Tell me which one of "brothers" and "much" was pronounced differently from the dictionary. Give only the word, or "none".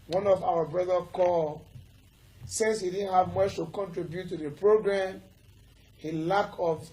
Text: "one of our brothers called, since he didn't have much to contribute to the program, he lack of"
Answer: brothers